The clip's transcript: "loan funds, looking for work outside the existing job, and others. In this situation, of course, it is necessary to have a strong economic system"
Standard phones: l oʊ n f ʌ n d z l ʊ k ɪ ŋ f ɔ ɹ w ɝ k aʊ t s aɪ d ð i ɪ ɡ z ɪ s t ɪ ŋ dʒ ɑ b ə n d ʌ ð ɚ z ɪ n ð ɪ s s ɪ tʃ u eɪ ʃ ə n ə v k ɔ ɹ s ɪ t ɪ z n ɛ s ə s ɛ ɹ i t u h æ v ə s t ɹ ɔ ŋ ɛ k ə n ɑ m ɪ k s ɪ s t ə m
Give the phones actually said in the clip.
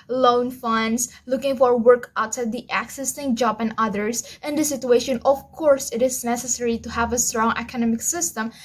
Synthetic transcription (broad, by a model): l oʊ n f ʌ n d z l ʊ k ɪ ŋ f ɔ ɹ w ɝ k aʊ t s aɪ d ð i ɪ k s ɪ s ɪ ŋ dʒ ɑ b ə n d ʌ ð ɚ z ɪ n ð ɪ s s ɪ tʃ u eɪ ʃ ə n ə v k ɔ ɹ s ɪ t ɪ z n ɛ s ə s ɛ ɹ i t u h æ v ə s t ɹ ɔ ŋ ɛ k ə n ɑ m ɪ k s ɪ s t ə m